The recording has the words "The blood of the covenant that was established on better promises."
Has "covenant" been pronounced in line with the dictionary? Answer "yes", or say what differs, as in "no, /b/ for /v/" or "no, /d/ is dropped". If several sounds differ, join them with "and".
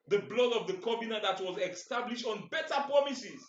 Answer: no, /b/ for /v/